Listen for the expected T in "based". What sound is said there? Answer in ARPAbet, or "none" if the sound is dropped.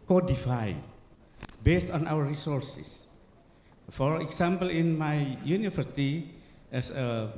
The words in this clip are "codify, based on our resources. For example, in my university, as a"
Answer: T